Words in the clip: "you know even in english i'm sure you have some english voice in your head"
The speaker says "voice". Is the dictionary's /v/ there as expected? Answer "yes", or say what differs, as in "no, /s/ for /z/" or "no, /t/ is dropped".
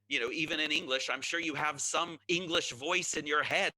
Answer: yes